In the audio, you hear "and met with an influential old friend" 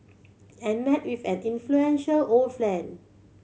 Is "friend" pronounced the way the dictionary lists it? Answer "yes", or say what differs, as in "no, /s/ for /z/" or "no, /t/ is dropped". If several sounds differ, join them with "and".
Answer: no, /l/ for /ɹ/ and /d/ is dropped